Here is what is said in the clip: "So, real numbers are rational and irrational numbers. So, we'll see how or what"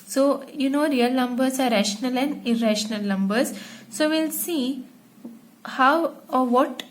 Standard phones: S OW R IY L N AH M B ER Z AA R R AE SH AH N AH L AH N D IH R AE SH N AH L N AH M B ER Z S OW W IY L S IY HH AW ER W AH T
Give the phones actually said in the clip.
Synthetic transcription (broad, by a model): S OW R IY L N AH M B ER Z AA R R AE SH AH N AH L AH N D IH R AE SH N AH L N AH M B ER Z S OW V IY L S IY HH AW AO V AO T